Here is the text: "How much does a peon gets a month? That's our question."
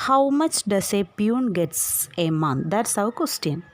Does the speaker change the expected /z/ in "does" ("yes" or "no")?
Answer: yes